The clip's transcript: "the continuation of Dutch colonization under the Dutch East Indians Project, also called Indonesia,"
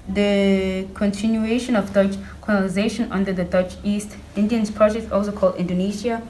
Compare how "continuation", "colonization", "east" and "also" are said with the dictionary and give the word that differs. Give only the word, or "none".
colonization